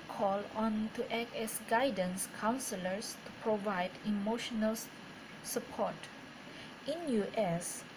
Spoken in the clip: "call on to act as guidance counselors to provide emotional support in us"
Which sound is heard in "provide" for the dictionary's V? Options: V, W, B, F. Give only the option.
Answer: V